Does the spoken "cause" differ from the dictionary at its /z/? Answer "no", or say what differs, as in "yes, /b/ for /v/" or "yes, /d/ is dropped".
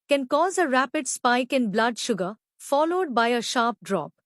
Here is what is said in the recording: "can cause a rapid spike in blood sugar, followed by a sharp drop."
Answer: no